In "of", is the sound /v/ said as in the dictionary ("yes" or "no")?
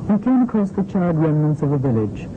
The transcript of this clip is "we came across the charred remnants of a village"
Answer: yes